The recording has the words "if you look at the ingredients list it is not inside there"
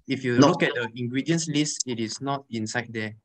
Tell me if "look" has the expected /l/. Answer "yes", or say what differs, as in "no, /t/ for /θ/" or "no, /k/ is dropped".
no, /n/ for /l/